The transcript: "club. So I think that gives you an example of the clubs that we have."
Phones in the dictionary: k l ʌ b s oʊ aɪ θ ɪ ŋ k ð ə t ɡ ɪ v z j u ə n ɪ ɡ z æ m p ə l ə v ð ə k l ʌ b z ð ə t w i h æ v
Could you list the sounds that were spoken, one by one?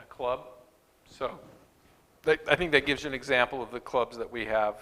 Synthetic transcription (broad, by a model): k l ʌ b s oʊ aɪ θ ɪ ŋ k ð ə t ɡ ɪ v z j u ə n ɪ ɡ z æ m p l ə v ð ə k l ʌ b z ð ə t w i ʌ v